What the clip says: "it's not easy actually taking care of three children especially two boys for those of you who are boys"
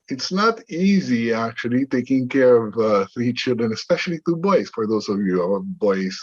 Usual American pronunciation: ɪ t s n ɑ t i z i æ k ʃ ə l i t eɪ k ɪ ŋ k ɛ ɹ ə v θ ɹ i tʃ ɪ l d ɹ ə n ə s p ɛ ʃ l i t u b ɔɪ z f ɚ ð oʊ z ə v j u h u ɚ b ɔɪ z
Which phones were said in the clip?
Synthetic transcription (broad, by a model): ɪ t s n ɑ t i z i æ k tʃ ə l i t eɪ k ɪ ŋ k ɛ ɹ ə v θ ɹ i tʃ ɪ l d ɹ ə n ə s p ɛ ʃ l i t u b ɔɪ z f ɚ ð oʊ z ə v j u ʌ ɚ b ɔɪ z